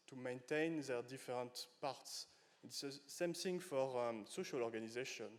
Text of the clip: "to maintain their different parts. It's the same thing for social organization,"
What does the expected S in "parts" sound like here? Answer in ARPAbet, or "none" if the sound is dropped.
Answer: S